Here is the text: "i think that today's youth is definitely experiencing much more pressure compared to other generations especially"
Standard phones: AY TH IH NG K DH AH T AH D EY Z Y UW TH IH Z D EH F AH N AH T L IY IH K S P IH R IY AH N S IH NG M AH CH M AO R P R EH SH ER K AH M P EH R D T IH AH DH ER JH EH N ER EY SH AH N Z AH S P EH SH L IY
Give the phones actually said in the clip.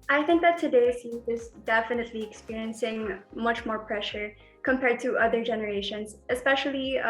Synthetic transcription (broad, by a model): AY TH IH NG K DH AH T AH D EY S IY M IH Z D EH F AH N AH T L IY IH K S P IH R IY AH N S IH NG M AH CH M AO R P R EH SH ER K AH M P EH R D T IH AH DH ER JH EH N ER EY SH AH N Z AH S P EH SH L IY